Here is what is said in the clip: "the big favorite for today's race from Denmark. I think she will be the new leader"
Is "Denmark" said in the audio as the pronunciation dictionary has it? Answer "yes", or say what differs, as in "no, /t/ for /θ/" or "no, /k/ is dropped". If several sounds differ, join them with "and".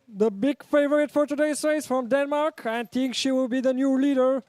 yes